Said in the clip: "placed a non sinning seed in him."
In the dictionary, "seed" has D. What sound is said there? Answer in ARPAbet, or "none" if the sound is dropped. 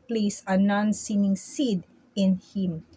D